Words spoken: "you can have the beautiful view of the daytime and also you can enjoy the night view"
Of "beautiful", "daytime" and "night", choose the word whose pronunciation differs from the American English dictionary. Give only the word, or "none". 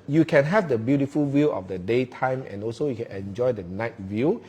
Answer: none